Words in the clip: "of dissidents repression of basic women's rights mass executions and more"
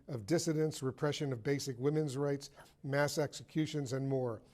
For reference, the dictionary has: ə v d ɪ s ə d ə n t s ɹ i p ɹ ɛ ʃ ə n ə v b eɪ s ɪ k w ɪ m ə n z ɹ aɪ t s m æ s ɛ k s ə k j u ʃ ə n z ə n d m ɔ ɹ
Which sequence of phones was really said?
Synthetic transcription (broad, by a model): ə v d ɪ s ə d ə n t s ɹ i p ɹ ɛ ʃ ə n ə v b eɪ s ɪ k w ɪ m ə n z ɹ aɪ t s m æ s ɛ k s ə k j u ʃ ə n z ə n m ɔ ɹ